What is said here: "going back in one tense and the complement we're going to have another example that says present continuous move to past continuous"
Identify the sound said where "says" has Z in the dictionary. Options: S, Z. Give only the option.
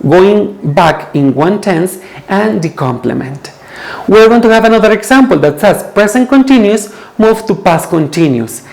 S